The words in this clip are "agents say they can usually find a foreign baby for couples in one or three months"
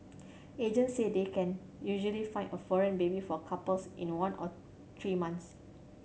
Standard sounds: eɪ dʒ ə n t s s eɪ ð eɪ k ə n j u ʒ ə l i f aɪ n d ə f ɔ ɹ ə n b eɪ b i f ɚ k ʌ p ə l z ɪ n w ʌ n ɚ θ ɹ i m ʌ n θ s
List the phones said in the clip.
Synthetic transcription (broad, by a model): eɪ dʒ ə n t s s eɪ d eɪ k ə n j u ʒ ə l i f aɪ n ə f ɔ ɹ ə n b eɪ b i f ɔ k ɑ p ə l s ɪ n w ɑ n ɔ t ɹ i m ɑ n t s